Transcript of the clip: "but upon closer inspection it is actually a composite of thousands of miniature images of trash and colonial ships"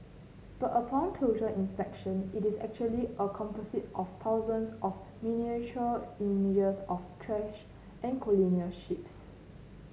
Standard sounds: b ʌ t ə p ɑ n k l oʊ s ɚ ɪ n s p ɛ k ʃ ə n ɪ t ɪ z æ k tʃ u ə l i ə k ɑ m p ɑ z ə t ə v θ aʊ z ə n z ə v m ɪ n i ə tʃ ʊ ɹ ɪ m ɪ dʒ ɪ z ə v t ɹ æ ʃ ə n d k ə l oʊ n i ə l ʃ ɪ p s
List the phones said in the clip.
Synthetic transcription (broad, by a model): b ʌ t ə p ɑ n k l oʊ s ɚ ɪ n s p ɛ k ʃ ə n ɪ t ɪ s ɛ k tʃ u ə l i ə k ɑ m p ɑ s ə t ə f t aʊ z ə n s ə f m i n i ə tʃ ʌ l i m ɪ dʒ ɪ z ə f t ɹ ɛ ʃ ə n k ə l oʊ n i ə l ʃ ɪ p s